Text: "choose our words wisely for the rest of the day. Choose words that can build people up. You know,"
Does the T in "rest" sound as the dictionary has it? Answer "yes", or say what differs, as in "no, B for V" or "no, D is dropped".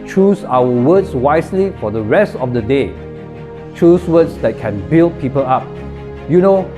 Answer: yes